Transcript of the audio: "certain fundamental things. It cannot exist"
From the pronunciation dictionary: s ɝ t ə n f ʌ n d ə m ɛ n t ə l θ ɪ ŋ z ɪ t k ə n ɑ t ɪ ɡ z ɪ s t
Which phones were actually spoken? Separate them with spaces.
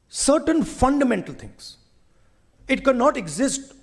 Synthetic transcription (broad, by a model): s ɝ t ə n f ʌ n d ə m ɛ n t ə l t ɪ ŋ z ɪ t k ə n ɑ t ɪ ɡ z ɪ s t